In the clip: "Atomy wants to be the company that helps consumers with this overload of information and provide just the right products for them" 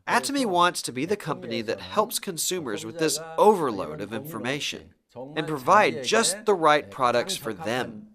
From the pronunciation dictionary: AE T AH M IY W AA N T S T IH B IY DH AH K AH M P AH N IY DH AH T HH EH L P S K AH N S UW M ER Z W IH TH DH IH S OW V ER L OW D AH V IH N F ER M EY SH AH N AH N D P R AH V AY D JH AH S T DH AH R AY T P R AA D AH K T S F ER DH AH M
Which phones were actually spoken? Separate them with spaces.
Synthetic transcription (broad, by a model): AE T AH M IY W AA N T S T IH B IY DH AH K AH M P AH N IY DH AH T HH EH L P S K AH N S UW M ER Z W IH DH IH S OW V ER L OW D AH V IH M F ER M EY SH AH N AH N P R AH V AY D JH AH S T DH AH R AY T P R AA D AH K T S F ER DH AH M